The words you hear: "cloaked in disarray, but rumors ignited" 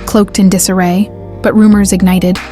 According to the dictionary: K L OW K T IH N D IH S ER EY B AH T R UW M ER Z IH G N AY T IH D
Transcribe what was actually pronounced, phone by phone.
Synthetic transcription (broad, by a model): K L OW K T IH N D IH S ER EY B AH T R UW M ER Z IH G N AY T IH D